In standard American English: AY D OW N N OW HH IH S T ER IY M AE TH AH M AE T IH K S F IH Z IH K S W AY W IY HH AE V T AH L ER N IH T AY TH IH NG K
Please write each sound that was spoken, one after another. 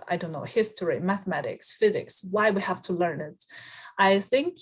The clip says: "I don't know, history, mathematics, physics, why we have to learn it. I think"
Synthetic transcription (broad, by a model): AY D OW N N OW HH IH S T ER IY M AE TH AH M AE T IH K S F IH Z IH K S W AY W IY HH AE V T AH L ER N IH T AY TH IH NG K